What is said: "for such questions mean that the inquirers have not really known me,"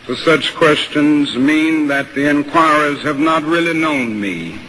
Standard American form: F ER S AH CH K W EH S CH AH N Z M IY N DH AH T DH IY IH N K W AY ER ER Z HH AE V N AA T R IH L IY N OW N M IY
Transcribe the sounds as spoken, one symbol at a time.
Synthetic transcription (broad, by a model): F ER S AH CH K W EH S CH AH N Z M IY N DH AH T DH IY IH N K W AY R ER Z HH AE V N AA T R IH L IY N OW N M IY